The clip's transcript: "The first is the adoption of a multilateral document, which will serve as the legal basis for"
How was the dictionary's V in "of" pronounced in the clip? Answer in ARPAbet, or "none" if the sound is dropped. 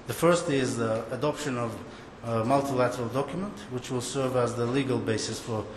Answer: V